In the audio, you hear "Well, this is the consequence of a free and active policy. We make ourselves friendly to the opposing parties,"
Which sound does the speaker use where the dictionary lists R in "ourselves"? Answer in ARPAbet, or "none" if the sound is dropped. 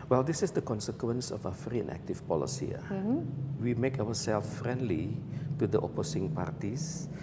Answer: W